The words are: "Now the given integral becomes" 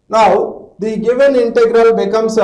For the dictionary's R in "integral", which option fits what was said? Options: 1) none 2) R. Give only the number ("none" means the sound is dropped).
2